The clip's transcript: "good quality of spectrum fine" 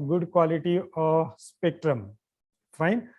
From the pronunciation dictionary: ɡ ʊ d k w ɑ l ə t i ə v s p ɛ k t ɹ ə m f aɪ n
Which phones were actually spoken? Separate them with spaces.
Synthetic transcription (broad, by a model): ɡ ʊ d k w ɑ l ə t i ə s p ɛ k t ɹ ə m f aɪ n